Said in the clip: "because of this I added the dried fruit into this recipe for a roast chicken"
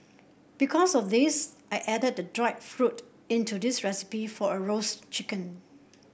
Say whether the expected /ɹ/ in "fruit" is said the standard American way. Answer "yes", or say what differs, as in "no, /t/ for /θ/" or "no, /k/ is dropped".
yes